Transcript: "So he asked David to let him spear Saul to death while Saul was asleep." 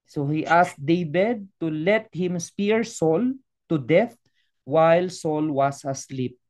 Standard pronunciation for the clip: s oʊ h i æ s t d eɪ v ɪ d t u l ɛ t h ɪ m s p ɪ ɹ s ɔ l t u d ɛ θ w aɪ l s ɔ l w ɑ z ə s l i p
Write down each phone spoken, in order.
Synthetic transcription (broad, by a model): s oʊ h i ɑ s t d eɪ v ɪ d t u l ɛ t h ɪ m s p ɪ ɹ s ɔ l t u d ɛ θ w aɪ l s ɔ l w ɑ s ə s l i p